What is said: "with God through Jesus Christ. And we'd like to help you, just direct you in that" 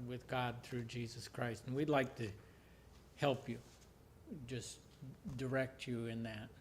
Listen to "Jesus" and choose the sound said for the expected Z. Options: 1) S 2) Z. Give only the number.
2